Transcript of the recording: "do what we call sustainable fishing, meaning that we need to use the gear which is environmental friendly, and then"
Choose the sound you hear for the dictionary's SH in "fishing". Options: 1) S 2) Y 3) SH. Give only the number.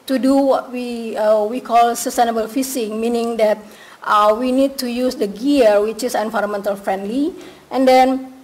1